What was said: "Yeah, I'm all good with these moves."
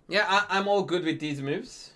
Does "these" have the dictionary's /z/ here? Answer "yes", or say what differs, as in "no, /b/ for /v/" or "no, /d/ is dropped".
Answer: yes